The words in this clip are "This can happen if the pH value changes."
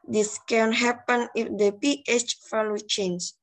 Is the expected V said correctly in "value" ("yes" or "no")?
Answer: no